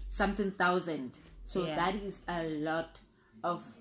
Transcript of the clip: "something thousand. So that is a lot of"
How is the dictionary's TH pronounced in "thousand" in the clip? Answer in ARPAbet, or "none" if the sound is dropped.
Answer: T